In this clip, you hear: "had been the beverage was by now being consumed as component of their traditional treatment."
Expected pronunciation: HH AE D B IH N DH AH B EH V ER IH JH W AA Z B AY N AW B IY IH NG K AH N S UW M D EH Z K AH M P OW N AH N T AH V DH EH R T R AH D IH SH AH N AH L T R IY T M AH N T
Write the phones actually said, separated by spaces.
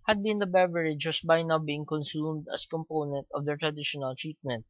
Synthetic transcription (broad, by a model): HH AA D B IH N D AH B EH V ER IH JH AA S B AY N AW B IY IH NG K AH N S UW M D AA S K AH M P OW N AH N T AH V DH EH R T R AH D IH SH AH N AH L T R IY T M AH N T